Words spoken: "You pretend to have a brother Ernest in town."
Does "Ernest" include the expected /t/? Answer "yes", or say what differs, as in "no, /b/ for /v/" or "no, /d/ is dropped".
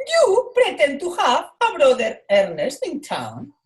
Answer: yes